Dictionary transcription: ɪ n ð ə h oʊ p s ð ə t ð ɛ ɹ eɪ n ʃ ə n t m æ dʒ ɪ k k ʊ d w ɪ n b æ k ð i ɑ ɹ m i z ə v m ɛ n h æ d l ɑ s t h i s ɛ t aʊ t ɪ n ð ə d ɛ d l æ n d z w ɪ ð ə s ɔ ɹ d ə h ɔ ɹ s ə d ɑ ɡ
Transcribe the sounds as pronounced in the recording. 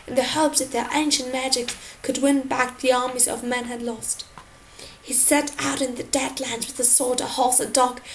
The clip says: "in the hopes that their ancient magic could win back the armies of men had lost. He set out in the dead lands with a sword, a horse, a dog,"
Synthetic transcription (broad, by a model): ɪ n ð ə h oʊ p ð ə t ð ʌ ɹ eɪ n ʃ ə n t m æ dʒ ɪ k k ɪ d w ɪ n b æ k ð i ɑ ɹ m i z ə v m ɛ n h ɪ d l ɑ s t h i s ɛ t aʊ t ɪ n ð ə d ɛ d l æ n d w ɪ ð ə s ɔ ɹ d ə h ɔ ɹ s ə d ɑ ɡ